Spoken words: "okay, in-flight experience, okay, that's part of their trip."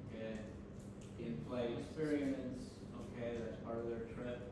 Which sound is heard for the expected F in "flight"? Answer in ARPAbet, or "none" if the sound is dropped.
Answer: P